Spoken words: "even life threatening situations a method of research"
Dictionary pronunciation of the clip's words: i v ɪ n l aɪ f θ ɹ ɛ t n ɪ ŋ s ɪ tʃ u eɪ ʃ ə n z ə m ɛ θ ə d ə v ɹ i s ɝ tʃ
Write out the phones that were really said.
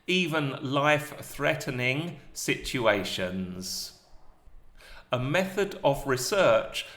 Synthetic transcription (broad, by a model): i v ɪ n l aɪ f θ ɹ ɛ t n ɪ ŋ s ɪ tʃ u eɪ ʃ ə n z ə m ɛ θ ə d ə v ɹ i s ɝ tʃ